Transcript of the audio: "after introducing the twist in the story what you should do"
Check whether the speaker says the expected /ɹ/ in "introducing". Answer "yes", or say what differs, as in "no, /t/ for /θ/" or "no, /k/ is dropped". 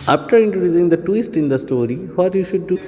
yes